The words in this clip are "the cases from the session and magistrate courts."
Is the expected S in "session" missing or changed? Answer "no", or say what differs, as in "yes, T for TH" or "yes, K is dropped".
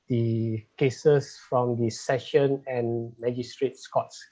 no